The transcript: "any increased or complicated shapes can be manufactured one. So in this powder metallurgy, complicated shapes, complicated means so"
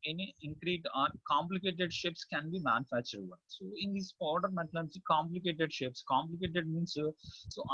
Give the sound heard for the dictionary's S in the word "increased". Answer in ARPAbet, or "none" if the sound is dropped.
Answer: none